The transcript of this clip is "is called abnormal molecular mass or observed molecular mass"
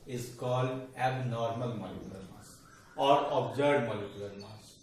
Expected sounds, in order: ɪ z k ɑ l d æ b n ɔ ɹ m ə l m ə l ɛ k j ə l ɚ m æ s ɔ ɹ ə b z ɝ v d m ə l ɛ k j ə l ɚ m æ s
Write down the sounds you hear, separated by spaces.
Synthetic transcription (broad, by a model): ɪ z k ɑ l d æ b n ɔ ɹ m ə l m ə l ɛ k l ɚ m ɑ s ɔ ɹ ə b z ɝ d m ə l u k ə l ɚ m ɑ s